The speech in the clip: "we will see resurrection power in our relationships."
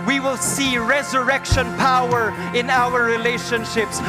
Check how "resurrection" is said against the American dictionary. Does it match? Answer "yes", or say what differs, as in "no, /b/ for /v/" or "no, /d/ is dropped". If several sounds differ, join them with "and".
yes